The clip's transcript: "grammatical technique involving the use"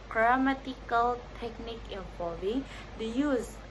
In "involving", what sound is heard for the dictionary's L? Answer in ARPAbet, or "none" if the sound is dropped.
none